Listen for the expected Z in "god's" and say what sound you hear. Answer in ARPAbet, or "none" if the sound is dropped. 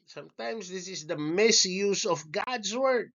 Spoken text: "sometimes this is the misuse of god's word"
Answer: S